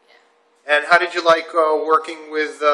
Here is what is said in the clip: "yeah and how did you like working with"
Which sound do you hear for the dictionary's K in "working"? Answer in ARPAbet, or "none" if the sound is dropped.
K